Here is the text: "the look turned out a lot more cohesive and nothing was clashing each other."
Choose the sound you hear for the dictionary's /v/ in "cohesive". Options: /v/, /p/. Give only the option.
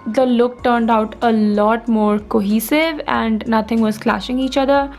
/v/